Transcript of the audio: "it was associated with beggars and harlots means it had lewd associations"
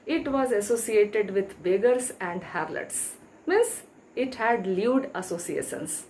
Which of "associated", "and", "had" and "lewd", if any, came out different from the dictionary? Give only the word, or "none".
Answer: none